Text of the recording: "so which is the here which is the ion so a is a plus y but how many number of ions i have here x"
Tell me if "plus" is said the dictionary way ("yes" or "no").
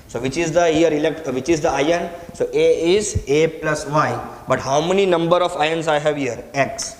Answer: yes